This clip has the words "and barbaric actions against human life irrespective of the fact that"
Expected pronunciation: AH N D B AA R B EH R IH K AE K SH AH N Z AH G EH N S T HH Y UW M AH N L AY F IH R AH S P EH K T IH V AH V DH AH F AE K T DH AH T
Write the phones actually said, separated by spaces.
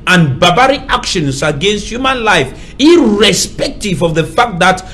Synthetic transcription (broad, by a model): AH N B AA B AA R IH AA K SH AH N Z AH G EH N S T HH Y UW M AH N L AY F IH R AH S P EH K T IH V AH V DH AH F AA K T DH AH T